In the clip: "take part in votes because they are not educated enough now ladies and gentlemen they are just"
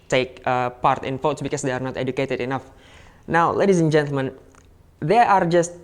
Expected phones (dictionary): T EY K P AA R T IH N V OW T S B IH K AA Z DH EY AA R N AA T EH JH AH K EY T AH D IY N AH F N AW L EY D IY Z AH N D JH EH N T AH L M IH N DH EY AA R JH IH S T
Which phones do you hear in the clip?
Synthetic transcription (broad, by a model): T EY K P AA R T IH N F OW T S B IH K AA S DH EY AA R N AA T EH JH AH K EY T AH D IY N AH F N AW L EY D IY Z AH N JH EH N T AH L M IH N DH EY AA R JH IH S T